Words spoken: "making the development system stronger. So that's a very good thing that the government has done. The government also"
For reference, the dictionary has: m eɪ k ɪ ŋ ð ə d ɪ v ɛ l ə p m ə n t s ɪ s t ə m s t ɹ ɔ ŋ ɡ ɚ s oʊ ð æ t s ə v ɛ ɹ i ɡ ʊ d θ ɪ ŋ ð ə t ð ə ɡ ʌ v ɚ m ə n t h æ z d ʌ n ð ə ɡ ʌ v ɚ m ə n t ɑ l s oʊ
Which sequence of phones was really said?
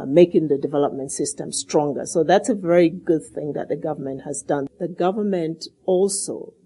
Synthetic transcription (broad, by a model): m eɪ k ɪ ŋ ð ə d ɪ v ɛ l ə p m ə n t s ɪ s t ə m s t ɹ ɔ ŋ ɡ ɚ s oʊ ð æ t s ə v ɛ ɹ i ɡ ʊ d θ ɪ ŋ ð ə t ð ə ɡ ʌ v ɚ m ə n t h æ z d ʌ n ð ə ɡ ʌ v ɚ m ə n t ɑ l s oʊ